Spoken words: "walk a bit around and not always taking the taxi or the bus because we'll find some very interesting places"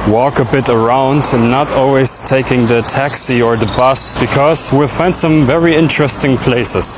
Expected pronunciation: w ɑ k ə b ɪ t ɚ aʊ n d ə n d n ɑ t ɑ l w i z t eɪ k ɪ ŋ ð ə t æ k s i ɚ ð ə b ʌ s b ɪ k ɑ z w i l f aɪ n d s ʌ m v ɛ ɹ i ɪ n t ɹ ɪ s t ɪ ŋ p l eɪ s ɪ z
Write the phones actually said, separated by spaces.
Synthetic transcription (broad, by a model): w ɑ k ə b ɪ t ɚ aʊ n d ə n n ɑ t ɑ l w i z t eɪ k ɪ ŋ ð ə t æ k s i ɚ ð ə b ʌ s b ɪ k ɑ z w i l f aɪ n d s ʌ m v ɛ ɹ i ɪ n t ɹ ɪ s t ɪ ŋ p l eɪ s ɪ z